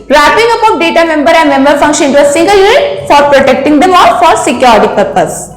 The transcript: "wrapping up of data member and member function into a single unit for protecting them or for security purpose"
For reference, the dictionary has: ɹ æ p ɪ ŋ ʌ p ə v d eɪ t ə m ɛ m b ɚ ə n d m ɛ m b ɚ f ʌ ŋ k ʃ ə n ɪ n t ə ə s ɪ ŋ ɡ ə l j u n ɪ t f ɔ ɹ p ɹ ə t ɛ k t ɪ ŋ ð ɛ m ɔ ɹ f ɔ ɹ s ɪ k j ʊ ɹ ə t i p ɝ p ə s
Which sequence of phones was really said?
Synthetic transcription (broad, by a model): ɹ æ p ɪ ŋ ʌ p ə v d eɪ t ə m ɛ m b ɚ ə n d m ɛ m b ɚ f ʌ ŋ k ʃ ə n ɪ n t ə ə s ɪ ŋ ɡ ə l j u n ɪ t f ɔ ɹ p ɹ ə t ɛ k t ɪ ŋ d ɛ m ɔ l f ɔ ɹ s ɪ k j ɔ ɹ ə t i p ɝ p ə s